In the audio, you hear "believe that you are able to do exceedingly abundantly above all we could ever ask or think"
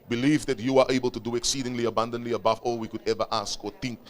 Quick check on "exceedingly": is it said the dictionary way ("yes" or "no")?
yes